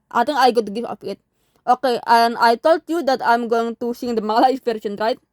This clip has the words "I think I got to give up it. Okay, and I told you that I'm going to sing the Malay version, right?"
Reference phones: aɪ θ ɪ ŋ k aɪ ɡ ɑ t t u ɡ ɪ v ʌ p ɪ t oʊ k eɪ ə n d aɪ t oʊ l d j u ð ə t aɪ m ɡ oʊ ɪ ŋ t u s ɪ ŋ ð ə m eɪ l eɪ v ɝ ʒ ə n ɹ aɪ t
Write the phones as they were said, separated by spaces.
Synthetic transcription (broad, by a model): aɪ t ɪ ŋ aɪ ɡ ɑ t t u ɡ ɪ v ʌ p ɪ t oʊ k eɪ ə n aɪ t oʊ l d j u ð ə t aɪ m ɡ oʊ ɪ ŋ t u s ɪ ŋ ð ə m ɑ l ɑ f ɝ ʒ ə n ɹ aɪ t